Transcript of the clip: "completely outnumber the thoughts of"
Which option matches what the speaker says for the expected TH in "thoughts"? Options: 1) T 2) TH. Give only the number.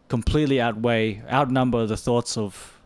2